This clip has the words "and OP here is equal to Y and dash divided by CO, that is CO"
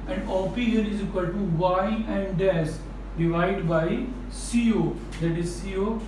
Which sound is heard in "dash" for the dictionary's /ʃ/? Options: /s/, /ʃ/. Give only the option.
/s/